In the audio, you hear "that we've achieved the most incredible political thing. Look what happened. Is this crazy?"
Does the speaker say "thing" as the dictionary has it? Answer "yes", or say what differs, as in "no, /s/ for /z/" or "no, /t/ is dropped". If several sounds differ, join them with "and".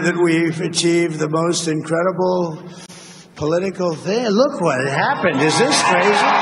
yes